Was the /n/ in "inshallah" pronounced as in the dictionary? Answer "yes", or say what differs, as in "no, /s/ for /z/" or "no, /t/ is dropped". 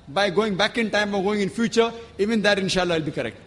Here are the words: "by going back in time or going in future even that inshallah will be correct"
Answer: yes